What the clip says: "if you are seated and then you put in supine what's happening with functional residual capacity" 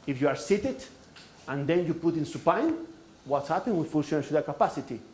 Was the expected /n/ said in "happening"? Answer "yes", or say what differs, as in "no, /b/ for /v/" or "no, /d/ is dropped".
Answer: no, /n/ is dropped